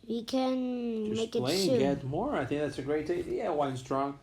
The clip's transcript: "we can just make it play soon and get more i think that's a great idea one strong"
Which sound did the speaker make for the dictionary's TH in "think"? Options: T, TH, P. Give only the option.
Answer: TH